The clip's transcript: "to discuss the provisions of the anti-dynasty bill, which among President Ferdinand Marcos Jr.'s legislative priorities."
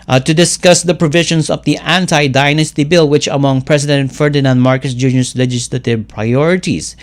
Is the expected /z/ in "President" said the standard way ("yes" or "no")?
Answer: no